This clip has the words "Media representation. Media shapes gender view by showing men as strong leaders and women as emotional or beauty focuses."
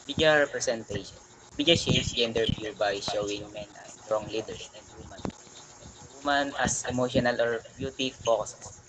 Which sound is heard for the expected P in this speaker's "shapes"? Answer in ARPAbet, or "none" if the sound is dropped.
none